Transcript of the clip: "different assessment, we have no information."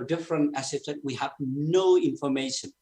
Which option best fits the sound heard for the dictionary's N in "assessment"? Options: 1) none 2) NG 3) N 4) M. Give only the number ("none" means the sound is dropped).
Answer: 1